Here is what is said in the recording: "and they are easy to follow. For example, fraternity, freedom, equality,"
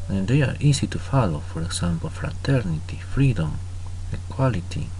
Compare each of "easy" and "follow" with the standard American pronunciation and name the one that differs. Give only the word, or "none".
easy